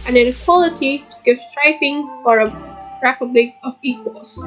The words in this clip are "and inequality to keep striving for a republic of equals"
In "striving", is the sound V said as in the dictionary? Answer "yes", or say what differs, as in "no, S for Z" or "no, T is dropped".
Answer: no, F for V